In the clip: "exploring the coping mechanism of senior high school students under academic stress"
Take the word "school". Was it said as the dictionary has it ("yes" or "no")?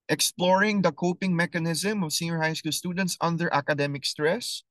yes